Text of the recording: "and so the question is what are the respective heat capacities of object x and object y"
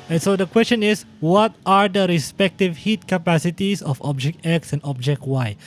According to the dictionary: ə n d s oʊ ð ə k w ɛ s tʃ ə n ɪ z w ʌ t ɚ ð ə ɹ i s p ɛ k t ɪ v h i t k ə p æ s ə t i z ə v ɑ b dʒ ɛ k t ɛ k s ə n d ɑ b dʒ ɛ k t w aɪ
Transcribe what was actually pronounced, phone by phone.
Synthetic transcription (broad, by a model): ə n s oʊ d ə k w ɛ s tʃ ə n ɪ s w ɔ t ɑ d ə ɹ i s p ɛ k t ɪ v h i t k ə p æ s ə t i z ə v ɑ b dʒ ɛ k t ɛ k s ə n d ɑ b dʒ ɛ k t w aɪ